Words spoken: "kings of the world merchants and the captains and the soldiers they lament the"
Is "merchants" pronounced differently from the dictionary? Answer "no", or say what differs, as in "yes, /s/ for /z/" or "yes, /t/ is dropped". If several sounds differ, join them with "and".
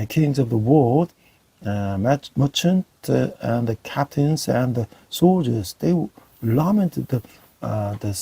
yes, /s/ is dropped